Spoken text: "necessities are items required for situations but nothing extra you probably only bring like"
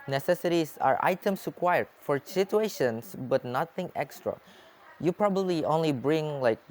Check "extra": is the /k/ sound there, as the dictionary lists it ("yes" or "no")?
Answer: yes